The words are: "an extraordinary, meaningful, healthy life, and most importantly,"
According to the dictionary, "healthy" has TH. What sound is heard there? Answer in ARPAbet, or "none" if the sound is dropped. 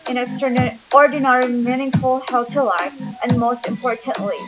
T